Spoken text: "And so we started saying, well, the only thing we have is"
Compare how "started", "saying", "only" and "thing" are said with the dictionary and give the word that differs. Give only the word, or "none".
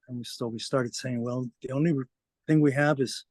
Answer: none